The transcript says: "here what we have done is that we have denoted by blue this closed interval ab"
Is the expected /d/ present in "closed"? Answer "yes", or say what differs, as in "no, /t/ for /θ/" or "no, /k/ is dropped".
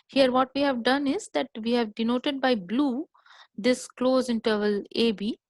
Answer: no, /d/ is dropped